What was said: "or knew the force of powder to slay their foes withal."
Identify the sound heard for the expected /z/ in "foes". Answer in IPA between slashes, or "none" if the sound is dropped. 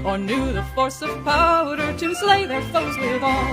/z/